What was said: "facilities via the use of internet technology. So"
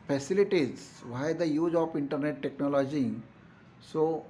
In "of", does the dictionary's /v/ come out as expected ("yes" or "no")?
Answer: no